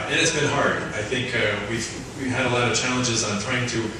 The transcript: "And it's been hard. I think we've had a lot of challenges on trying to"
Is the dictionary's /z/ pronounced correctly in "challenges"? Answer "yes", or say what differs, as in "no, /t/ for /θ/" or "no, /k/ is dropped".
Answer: yes